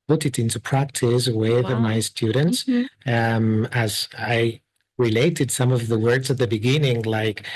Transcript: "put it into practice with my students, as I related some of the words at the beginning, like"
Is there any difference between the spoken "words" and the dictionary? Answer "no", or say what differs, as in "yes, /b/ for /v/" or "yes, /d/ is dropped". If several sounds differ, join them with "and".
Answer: no